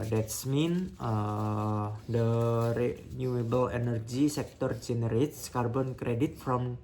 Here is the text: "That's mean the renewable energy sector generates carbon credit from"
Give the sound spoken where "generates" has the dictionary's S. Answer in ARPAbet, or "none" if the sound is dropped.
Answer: S